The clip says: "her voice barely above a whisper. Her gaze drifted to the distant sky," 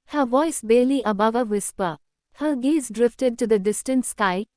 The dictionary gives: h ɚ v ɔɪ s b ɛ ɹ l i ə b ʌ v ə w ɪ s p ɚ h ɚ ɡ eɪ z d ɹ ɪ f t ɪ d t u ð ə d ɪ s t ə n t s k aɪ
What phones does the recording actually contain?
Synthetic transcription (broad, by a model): h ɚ v ɔɪ s b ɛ l i ə b ʌ v ə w ɪ s p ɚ h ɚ ɡ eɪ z d ɹ ɪ f t ɪ d t u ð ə d ɪ s t ə n t s k aɪ